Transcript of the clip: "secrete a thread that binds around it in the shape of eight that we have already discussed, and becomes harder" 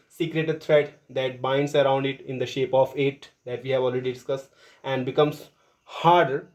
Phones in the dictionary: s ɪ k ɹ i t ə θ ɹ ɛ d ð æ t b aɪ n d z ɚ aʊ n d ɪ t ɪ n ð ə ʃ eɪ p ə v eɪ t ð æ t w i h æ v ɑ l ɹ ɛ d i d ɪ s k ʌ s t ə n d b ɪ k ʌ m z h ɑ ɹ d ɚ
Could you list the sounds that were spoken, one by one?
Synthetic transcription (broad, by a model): s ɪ k ɹ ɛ t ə t ɹ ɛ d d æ t b aɪ n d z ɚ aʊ n d ɪ t ɪ n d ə ʃ eɪ p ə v eɪ t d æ t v i h æ v ɑ l ɹ ɛ d i d ɪ s k ʌ s t ə n d b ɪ k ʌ m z h ɑ ɹ d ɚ